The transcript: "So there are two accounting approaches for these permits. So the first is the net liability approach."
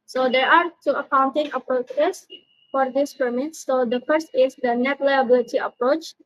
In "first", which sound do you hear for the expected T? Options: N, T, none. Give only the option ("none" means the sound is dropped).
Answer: T